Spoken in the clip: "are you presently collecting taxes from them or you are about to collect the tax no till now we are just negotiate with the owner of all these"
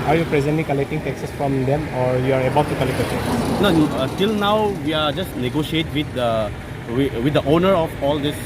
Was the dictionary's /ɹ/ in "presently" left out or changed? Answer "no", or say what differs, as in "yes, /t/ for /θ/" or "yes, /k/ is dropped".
no